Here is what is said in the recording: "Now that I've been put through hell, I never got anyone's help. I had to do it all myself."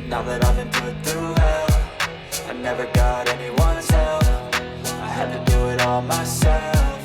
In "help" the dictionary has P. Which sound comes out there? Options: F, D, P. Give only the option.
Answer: F